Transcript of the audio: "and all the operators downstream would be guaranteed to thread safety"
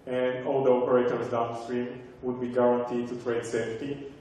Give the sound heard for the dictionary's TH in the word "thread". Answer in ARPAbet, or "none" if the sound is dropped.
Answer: T